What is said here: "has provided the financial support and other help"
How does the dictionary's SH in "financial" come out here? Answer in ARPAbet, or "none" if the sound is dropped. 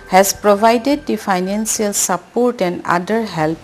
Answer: S